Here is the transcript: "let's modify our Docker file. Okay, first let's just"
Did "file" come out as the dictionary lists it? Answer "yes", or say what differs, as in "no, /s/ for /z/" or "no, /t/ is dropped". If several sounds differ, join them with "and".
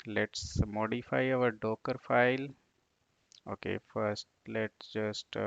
yes